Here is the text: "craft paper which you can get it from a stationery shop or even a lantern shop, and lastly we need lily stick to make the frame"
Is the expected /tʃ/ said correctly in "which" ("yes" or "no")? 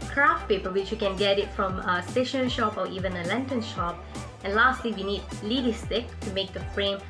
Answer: yes